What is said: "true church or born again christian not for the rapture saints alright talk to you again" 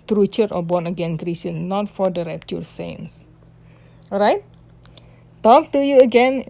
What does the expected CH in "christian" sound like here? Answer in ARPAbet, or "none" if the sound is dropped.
none